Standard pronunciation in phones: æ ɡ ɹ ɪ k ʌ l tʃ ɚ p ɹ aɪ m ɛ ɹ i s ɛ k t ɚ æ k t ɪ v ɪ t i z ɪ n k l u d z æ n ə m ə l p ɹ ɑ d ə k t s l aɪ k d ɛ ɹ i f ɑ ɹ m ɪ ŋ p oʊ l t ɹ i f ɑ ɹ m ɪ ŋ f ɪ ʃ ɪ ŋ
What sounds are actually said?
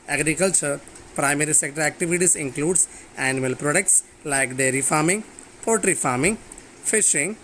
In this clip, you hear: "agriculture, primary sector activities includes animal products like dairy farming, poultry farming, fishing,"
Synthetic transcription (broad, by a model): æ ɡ ɹ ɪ k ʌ l tʃ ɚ p ɹ aɪ m ɛ ɹ i s ɛ k t ɚ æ k t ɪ v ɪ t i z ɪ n k l u d s æ n ə m ə l p ɹ ɑ d ə k t s l aɪ k d ɛ ɹ i f ɑ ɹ m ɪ ŋ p oʊ t ɹ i f ɑ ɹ m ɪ ŋ f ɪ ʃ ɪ ŋ